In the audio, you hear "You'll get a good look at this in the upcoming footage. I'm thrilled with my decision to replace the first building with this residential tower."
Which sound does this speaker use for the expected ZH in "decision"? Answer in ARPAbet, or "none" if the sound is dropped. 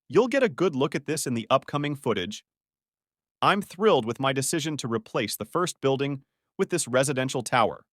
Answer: ZH